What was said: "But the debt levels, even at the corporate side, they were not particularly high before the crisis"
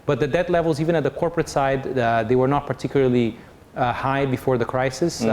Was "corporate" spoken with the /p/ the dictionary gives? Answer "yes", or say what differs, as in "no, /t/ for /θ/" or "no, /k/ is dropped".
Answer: yes